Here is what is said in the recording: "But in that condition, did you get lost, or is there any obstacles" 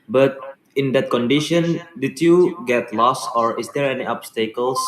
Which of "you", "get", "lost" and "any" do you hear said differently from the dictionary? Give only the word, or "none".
lost